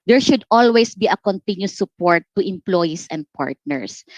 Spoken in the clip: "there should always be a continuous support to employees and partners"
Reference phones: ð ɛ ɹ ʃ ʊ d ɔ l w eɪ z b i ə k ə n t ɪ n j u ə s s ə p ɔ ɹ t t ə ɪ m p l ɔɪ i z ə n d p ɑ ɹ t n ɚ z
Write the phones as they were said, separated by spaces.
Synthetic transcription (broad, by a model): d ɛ ɹ ʃ ʊ d ɔ l w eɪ s b i ə k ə n t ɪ n j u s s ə p ɔ ɹ t t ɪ m p l ɔɪ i s ə n d p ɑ ɹ t n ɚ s